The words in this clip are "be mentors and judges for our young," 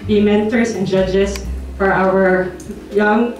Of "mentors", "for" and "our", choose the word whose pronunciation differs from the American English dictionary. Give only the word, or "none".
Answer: mentors